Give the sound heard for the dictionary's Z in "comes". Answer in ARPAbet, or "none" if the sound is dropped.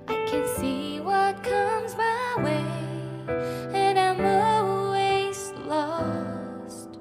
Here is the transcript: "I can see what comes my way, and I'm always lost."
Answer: Z